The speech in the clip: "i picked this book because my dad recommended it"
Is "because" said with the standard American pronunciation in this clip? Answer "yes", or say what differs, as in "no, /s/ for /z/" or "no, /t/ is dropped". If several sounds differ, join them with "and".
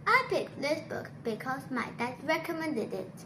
no, /s/ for /z/